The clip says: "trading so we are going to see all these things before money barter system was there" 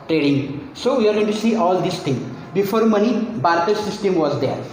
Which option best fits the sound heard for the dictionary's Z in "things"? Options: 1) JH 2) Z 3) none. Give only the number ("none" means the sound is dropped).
3